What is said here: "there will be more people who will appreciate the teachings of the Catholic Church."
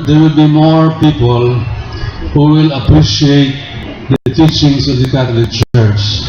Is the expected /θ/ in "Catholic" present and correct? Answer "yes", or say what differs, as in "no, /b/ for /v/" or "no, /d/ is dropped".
no, /t/ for /θ/